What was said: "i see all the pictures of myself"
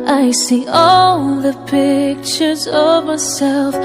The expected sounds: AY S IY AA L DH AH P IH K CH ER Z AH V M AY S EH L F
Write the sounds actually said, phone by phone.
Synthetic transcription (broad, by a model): AY S IY AA L DH AH P IH K CH ER Z AH V M AY S EH L F